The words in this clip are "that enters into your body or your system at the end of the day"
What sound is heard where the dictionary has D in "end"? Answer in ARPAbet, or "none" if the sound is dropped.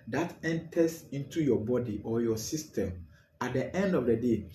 D